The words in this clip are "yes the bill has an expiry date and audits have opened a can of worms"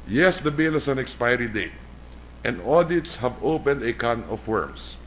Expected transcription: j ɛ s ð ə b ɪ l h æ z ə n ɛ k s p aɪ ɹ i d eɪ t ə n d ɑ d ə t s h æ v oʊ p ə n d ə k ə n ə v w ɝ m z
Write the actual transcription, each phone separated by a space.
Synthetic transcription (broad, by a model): j ɛ s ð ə b ɪ l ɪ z ə n ɛ k s p aɪ ɹ i d eɪ t ə n d ɑ d ə t s h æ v oʊ p ə n d ə k ə n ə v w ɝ m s